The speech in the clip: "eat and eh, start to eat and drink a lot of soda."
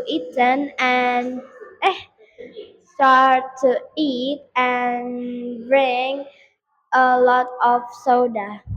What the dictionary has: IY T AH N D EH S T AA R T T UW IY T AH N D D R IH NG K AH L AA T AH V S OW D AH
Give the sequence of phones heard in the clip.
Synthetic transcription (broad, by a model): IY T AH N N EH S T AA R T T UW IY T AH N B R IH NG AH L AA T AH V S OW D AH